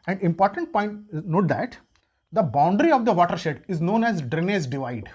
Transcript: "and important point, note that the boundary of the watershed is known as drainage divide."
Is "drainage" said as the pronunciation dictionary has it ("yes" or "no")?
no